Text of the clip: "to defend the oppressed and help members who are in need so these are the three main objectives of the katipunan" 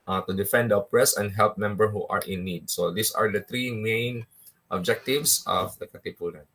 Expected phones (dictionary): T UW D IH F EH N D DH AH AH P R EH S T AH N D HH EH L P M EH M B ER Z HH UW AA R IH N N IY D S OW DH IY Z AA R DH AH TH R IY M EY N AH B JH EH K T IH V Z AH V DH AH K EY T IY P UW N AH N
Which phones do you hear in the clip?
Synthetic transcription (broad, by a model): T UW D IH F EH N D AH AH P R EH S AH N D HH EH L P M EH M B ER HH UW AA R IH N N IY D S OW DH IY S AA R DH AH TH R IY M EY N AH B JH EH K T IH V S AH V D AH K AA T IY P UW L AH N